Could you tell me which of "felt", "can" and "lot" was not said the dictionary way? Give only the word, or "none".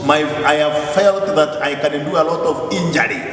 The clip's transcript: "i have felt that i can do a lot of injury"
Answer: none